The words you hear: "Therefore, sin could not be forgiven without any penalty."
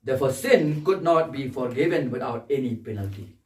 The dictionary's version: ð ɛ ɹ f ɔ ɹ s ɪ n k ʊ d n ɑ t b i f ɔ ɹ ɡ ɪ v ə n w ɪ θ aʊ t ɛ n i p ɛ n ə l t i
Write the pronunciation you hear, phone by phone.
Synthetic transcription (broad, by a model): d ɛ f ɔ s ɪ n k ʊ d n ɑ t b i f ɔ ɹ ɡ ɪ v ə n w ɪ t aʊ t ɛ n i p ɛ n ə l t i